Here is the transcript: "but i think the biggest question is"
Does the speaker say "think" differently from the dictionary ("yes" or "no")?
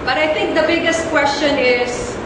yes